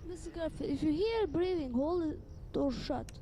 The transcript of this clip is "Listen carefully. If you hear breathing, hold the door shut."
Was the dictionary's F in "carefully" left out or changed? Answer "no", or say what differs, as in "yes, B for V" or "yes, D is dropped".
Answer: yes, F is dropped